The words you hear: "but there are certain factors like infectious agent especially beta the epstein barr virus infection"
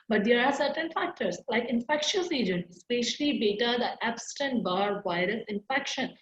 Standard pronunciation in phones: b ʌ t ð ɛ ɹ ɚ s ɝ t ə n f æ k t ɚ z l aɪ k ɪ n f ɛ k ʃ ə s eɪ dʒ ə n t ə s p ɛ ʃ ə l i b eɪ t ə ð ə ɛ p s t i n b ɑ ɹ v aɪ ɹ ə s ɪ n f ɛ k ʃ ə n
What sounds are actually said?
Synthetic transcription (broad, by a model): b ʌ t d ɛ ɹ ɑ s ɝ t ə n f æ k t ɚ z l aɪ k ɪ n f ɛ k ʃ ə s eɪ dʒ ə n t ə s p ɛ ʃ ə l i b eɪ t ə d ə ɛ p s t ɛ n b ɑ ɹ v aɪ ɹ ə s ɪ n f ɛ k ʃ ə n